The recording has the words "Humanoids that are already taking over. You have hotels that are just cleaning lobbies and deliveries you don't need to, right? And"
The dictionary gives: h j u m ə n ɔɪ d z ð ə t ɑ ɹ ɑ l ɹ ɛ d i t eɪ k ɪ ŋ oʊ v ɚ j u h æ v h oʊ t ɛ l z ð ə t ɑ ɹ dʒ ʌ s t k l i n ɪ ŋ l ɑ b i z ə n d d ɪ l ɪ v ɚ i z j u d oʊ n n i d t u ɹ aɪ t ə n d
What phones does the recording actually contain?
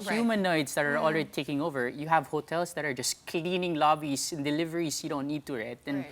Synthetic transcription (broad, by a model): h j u m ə n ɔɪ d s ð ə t ɑ ɹ ɑ l ɹ ɛ d i t eɪ k ɪ ŋ oʊ v ɚ j u h æ v h oʊ t ɛ l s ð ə t ɑ ɹ dʒ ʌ s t k l i n ɪ ŋ l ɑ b i s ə n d d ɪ l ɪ v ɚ i s j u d oʊ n n i d t u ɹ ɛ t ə n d